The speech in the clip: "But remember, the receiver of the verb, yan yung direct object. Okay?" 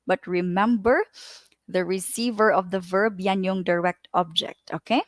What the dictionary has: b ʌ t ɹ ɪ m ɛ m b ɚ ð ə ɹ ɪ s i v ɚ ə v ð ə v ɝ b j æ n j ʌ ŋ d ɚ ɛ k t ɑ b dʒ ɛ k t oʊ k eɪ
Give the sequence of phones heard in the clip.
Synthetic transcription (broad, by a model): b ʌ t ɹ ɪ m ɛ m b ɚ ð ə ɹ ɪ s i v ɚ ə v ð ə v ɝ b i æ n j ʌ ŋ d ɚ ɛ k t ɑ b dʒ ɛ k t oʊ k eɪ